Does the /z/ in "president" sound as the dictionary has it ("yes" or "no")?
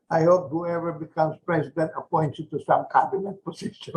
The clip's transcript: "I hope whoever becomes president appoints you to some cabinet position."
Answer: no